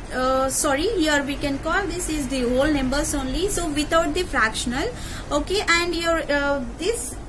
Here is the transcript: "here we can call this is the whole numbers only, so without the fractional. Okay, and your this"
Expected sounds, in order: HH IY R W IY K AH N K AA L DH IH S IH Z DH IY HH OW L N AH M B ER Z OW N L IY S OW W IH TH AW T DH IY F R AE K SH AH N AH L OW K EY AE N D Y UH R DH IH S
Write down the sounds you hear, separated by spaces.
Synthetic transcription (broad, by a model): HH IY R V IY K AH N K AA L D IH S IH Z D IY HH OW L N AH M B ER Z OW N L IY S OW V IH T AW T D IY F R AE K SH AH N AH L OW K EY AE N D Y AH R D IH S